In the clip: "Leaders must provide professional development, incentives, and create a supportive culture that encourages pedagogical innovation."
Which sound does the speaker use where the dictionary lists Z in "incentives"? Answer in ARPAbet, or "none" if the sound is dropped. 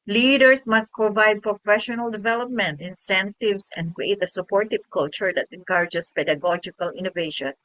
S